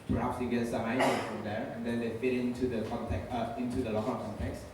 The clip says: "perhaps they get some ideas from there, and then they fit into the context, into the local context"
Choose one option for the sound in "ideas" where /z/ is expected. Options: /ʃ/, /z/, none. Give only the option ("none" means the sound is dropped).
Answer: none